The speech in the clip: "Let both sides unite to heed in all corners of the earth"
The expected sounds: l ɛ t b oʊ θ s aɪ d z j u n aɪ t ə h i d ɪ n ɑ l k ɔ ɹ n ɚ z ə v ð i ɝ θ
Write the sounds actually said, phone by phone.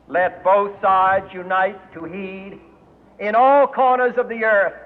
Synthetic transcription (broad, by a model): l ɛ t b oʊ θ s aɪ d z j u n aɪ t ə h i d ɪ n ɑ l k ɔ ɹ n ɚ z ə v ð i ɝ θ